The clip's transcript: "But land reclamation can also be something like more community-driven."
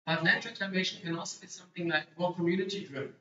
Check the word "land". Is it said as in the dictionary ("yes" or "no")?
no